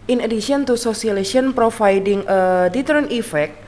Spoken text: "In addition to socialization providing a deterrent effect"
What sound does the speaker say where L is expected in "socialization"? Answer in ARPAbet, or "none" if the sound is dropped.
none